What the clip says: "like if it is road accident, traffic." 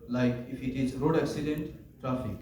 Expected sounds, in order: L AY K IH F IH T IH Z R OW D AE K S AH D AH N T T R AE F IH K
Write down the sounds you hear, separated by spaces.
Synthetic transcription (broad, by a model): L AY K IH F IH T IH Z R OW D AE K S AH D AH N T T R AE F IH K